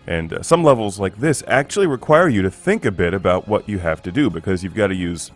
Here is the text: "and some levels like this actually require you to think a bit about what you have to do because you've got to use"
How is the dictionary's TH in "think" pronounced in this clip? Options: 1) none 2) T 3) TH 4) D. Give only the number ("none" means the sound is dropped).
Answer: 3